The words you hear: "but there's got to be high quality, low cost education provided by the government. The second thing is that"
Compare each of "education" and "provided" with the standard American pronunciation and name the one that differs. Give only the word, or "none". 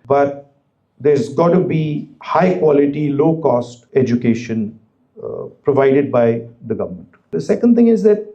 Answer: none